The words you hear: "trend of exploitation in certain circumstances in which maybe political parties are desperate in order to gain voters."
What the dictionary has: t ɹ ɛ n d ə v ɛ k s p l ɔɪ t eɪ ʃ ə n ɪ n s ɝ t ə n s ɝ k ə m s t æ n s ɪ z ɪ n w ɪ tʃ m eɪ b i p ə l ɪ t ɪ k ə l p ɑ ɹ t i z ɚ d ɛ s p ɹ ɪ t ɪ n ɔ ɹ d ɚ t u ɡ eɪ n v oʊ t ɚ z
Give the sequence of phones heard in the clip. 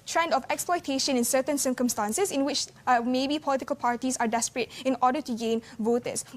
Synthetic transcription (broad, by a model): t ɹ ɛ n d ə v ɛ k s p l ɔɪ t eɪ ʃ ə n ɪ n s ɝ t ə n s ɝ k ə m s t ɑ n s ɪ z ɪ n w ɪ tʃ m eɪ b i p ə l ɪ t ɪ k ə l p ɑ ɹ t i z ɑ d ɛ s p ɹ ɪ t ɪ n ɔ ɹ d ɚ t u ɡ eɪ n v oʊ t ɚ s